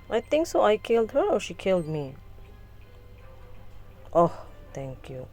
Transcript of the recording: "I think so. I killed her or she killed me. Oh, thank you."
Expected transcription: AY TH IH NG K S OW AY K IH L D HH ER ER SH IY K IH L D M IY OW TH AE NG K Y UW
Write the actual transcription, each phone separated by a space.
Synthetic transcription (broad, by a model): AY T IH NG K S OW AY K IH L D HH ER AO SH IY K IH L D M IY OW T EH NG K Y UW